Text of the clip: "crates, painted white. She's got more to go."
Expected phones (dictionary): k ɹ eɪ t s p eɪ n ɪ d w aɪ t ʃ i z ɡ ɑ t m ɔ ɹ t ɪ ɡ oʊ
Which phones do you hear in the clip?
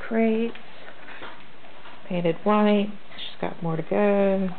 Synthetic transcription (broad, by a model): k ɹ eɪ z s p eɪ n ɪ d w aɪ t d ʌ s ɡ ɑ t m ɔ ɹ t ɪ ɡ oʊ